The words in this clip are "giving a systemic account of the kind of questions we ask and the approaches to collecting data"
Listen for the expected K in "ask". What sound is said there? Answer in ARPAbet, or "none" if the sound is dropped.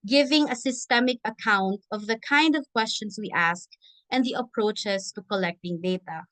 K